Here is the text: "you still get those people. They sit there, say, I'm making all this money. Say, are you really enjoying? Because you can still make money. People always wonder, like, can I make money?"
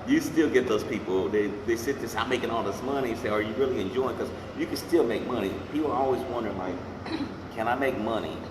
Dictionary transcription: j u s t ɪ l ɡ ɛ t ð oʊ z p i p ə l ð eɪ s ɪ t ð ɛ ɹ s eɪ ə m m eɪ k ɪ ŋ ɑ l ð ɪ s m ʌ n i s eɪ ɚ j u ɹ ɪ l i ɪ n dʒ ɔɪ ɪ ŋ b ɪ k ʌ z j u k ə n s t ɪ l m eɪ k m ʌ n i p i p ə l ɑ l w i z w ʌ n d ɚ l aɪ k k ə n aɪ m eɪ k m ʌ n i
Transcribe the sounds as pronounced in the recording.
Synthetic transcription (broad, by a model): j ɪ s t ɪ l ɡ ɛ t ð oʊ z p i p l ð eɪ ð ɪ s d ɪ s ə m m eɪ k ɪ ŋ ɑ l ð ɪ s m ʌ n i s eɪ ɚ j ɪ ɹ ɪ l i ɪ n dʒ ɔɪ ɪ ŋ k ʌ z j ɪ k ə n s t ɪ l m eɪ k m ʌ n i p i p l ɑ l w i z w ʌ n d ɚ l aɪ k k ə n aɪ m eɪ k m ʌ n i